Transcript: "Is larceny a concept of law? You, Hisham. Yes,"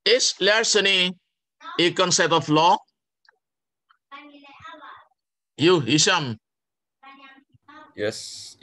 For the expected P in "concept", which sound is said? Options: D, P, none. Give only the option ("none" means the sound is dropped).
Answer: none